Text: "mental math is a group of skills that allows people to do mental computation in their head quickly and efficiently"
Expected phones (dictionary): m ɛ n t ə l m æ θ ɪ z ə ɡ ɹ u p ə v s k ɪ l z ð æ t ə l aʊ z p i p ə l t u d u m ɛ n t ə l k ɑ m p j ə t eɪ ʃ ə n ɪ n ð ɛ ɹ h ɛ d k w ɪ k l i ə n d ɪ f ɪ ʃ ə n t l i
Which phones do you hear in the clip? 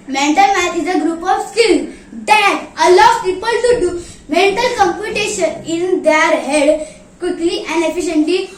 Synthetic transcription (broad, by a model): m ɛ n t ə l m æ s ɪ z ə ɡ ɹ u p ə v s k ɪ l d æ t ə l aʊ p i p ə l t u d u m ɛ n t ə l k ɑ m p j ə t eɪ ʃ ə n ɪ n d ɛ ɹ h ɛ d k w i k l i ə n d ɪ f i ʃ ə n t l i